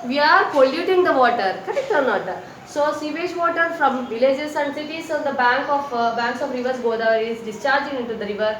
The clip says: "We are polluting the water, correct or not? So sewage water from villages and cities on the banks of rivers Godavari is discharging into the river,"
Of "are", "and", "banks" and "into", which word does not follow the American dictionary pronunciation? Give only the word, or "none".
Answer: banks